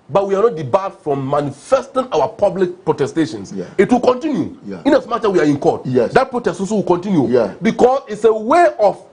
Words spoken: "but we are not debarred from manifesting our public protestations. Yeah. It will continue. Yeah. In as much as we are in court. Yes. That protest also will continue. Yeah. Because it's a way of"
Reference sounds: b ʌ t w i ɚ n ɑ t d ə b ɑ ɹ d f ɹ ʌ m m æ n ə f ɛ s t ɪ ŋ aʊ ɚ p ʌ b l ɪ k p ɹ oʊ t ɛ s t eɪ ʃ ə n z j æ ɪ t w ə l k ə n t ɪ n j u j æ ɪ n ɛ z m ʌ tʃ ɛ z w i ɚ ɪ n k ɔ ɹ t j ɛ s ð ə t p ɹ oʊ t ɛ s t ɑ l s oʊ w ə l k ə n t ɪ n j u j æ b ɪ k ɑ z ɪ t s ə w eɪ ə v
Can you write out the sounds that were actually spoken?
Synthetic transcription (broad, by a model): b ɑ t w i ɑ n ɑ t d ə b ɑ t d f ɹ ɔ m m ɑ n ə f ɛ s t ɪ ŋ aʊ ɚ p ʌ b l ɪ k p ɹ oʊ t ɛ s t eɪ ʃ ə n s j ɪ t w ə l k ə n t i n j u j ɪ n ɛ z m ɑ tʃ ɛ w i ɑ ɪ n k ɔ t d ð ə t p ɹ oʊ t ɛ s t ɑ s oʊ w ə l k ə n t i n j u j b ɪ k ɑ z ɪ t s ə w eɪ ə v